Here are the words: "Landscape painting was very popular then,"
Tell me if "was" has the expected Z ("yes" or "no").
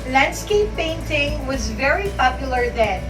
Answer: yes